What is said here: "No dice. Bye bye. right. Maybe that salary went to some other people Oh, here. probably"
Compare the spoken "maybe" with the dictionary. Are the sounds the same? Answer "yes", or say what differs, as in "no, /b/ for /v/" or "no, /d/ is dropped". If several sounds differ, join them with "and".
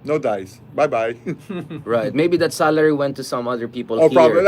yes